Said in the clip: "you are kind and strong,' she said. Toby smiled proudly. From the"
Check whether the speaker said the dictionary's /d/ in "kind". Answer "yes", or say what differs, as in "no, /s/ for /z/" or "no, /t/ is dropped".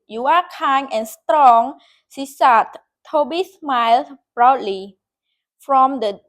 no, /d/ is dropped